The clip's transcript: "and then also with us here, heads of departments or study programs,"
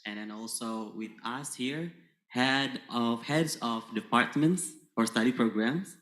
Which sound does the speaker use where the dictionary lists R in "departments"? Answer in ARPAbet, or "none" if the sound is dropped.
R